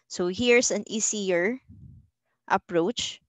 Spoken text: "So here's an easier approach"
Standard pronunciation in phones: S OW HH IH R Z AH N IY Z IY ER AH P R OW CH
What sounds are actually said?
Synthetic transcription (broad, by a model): S OW HH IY R S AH N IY S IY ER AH P R OW CH